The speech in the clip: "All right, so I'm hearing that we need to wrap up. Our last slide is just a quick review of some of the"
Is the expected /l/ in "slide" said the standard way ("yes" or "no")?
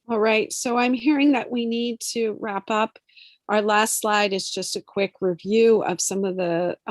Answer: yes